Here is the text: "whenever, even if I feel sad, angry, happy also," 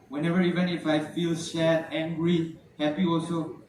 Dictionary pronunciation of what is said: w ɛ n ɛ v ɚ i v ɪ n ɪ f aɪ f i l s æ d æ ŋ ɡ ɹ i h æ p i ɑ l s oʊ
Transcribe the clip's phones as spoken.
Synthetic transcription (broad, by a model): w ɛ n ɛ v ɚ i v ɪ n ɪ f aɪ f i l ʃ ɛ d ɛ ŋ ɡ ɹ i h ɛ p i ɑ l s oʊ